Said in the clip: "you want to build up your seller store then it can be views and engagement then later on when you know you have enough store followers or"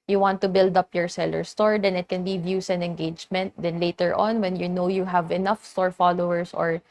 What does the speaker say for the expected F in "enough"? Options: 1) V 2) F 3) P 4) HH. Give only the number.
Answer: 2